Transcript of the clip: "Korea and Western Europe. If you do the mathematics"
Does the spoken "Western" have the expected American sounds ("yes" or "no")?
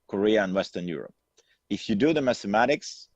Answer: yes